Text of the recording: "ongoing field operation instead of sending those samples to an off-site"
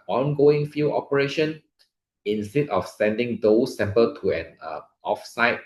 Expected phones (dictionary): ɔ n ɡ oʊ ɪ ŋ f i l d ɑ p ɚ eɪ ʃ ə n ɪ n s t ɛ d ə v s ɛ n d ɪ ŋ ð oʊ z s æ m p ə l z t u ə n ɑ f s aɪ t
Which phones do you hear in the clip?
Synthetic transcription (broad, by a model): ɔ n ɡ oʊ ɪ ŋ f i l ɑ p ɚ eɪ ʃ ə n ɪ n s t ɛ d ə f s ɛ n d ɪ ŋ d oʊ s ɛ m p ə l t u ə n ɑ f s aɪ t